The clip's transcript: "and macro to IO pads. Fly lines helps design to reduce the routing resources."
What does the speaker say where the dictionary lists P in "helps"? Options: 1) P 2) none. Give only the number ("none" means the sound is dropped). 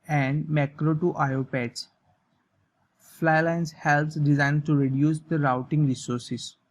2